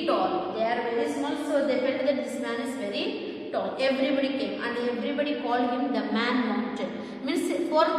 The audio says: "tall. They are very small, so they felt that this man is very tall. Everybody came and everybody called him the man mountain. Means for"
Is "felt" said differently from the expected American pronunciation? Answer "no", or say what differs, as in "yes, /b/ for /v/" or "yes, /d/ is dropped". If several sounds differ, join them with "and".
yes, /n/ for /l/